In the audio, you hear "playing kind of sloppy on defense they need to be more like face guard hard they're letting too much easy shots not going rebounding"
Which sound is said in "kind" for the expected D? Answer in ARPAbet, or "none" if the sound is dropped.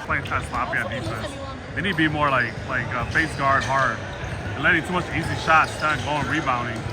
none